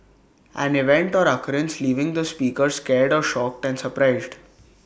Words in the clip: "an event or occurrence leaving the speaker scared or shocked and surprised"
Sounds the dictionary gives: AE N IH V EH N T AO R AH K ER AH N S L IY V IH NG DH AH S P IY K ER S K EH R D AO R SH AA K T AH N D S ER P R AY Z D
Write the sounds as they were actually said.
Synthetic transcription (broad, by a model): AE N IH V EH N T AO R AH K ER AH N S L IY V IH NG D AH S P IY K ER S K EH R D AO R SH AA K T AH N D S ER P R AY Z D